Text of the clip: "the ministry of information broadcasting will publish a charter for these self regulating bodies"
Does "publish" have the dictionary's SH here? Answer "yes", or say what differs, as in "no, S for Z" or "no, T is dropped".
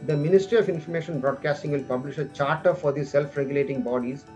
yes